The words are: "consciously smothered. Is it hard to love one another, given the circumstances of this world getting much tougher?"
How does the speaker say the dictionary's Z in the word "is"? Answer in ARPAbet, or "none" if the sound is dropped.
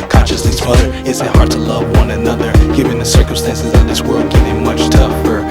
S